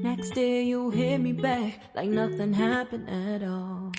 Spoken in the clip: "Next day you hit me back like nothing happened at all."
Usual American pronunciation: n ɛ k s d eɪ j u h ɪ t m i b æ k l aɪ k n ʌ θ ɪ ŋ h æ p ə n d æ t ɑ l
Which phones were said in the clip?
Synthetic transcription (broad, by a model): n ɛ k s d eɪ j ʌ h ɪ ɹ m i b æ k l aɪ k n ʌ θ ɪ ŋ h æ p ə n d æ t ɑ l